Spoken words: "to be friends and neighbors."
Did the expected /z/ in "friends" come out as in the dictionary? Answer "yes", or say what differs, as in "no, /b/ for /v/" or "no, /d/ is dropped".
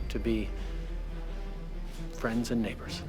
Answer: yes